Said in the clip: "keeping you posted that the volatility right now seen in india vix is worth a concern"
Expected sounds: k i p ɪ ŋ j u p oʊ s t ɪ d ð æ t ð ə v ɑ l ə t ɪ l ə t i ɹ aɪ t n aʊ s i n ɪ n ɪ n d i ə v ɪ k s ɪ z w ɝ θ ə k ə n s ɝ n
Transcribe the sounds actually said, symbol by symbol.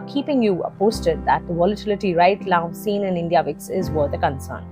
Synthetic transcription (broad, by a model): k i p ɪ ŋ j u p oʊ s t ɪ d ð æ t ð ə v ɑ l ə t ɪ l ə t i ɹ aɪ t l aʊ s i n ɪ n ɪ n d i ə v ɪ k s ɪ z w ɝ t ə k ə n s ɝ n